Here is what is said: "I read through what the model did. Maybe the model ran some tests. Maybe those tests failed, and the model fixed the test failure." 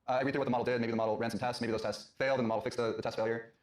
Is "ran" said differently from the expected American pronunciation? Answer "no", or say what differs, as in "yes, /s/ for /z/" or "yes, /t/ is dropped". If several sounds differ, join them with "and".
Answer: no